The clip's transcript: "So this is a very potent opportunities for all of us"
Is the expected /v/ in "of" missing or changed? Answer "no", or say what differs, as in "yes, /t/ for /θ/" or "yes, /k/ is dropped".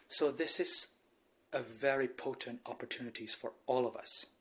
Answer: no